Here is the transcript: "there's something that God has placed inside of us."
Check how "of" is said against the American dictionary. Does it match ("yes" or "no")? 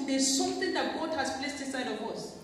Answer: no